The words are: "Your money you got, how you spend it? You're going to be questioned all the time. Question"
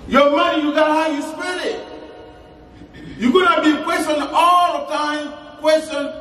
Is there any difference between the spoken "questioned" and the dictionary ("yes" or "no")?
yes